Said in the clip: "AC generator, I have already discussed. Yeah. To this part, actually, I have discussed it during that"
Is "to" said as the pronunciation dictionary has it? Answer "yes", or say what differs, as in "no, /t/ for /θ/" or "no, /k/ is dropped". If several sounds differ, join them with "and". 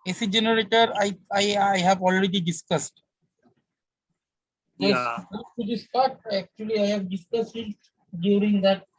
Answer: no, /s/ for /t/